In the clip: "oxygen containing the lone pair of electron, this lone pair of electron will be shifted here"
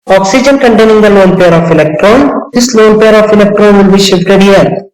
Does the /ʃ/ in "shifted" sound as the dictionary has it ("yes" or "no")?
yes